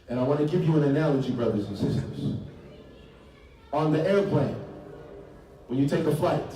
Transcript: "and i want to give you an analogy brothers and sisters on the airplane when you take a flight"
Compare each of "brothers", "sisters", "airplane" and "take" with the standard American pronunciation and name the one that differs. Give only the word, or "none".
none